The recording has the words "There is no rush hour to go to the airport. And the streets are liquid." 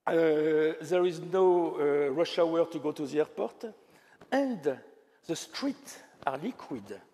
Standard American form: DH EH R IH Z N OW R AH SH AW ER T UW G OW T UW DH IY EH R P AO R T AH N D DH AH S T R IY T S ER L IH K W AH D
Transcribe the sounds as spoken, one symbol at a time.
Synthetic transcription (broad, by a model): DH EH R IH Z N OW R AH SH AW ER T UW G OW T UW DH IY EH R P AO R T AH N D DH AH S T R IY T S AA L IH K W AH D